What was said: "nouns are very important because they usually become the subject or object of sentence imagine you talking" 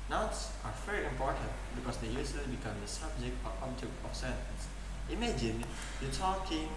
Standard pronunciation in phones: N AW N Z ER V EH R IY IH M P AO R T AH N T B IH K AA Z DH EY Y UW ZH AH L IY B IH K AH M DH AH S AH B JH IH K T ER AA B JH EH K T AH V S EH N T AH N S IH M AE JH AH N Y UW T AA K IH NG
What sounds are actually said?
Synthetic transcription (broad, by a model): N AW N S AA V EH R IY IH M P AO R T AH N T B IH K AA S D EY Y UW S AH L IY B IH K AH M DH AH S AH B JH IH K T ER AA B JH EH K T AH F S EH N T AH N S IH M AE JH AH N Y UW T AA K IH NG